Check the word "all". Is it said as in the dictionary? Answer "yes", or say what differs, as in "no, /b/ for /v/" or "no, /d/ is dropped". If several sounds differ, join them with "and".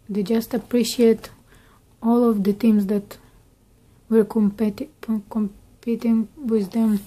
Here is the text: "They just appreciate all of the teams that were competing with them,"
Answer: yes